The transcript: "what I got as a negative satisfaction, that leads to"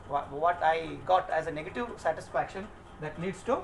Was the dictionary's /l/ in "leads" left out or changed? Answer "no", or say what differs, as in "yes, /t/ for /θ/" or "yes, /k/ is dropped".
yes, /n/ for /l/